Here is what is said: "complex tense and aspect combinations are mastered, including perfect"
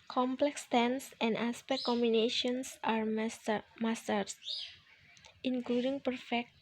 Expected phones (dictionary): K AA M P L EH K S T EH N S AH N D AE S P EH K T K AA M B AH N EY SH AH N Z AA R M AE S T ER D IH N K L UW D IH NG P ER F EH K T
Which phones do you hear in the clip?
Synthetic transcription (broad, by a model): K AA M P L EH K S T EH N S AH N D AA S P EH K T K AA M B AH N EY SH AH N S AA R M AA S T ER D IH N K L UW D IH NG P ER F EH K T